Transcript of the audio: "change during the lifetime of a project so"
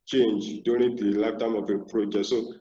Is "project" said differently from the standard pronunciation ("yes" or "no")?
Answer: yes